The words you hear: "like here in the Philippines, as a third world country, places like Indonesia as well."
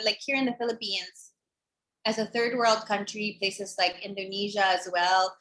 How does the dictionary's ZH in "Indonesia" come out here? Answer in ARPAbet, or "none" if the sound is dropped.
ZH